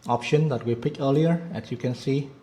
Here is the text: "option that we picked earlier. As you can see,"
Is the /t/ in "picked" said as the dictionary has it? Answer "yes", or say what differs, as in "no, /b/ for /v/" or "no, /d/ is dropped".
no, /t/ is dropped